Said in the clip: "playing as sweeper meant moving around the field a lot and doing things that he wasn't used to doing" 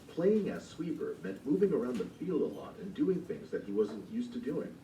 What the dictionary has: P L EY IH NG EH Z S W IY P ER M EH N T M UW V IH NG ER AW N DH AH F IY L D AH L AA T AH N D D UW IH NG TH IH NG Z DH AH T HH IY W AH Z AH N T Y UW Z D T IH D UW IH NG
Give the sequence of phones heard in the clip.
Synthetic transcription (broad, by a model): P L EY IH NG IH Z S W IY P ER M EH N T M UW V IH NG ER AW N DH AH F IY L D AH L AA T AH N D D UW IH NG TH IH NG Z DH AH T HH IY W AH Z AH N T Y UW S T IH D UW IH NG